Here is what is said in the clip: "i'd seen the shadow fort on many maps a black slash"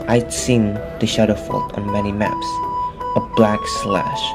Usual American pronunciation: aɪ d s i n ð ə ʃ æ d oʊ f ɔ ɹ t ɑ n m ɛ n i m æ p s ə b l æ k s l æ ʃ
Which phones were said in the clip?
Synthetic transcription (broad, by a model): aɪ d s i n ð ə ʃ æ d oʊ f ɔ l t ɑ n m ɛ n i m æ p s ə b l æ k s l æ ʃ